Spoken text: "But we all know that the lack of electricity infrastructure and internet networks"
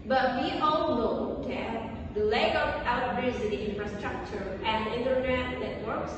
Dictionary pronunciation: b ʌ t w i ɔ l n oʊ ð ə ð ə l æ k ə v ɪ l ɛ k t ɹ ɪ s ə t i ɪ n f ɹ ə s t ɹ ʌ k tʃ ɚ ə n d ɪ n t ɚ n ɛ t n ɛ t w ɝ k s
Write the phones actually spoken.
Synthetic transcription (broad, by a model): b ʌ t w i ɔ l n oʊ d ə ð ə l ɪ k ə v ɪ ʊ t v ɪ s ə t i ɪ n f ɹ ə s t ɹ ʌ k tʃ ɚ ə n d ɪ n t ɚ n ɛ t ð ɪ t w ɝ k s